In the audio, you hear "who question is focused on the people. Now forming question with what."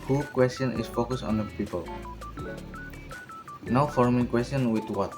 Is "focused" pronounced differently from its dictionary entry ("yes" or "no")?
yes